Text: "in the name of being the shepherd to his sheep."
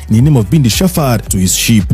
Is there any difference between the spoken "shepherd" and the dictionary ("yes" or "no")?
yes